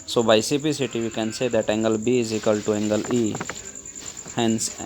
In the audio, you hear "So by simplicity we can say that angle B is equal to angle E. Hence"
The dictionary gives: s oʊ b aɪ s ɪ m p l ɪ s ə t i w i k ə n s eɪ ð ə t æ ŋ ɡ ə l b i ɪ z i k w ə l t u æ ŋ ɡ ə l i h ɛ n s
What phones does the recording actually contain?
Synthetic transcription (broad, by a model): s oʊ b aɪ s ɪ p i s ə t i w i k ə n s eɪ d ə t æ ŋ ɡ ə l b i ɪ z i k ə l t u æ ŋ ɡ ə l i h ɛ n s